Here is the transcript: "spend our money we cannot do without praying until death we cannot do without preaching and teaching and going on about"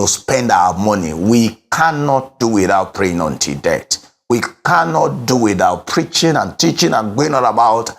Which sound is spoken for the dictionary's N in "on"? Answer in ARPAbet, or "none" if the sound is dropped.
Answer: L